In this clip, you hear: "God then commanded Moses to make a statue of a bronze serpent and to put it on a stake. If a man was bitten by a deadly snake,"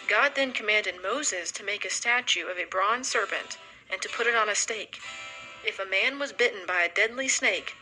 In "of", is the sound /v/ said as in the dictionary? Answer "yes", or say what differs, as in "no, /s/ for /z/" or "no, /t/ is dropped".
yes